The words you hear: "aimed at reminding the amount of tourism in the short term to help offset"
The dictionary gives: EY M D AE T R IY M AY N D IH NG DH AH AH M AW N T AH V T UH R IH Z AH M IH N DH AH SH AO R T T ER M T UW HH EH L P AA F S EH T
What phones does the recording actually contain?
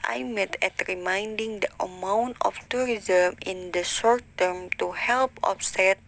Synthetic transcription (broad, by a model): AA M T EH T R IY M AY N D IH NG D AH AH M AW N T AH F T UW R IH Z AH M IH N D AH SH AO R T T ER M T UW HH EH L P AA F S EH T